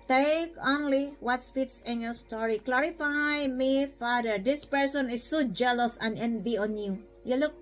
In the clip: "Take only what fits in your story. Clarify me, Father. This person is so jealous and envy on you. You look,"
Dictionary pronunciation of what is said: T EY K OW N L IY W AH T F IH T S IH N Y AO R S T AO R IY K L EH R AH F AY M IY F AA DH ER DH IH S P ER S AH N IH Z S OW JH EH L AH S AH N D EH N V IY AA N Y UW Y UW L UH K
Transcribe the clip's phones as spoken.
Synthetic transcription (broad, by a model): T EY K OW N L IY W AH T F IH T S IH N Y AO S T AO R IY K L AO R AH F AY M IY F AA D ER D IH S P ER S AH N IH S OW JH EH L AH S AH N EH N V IY AA N Y UW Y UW L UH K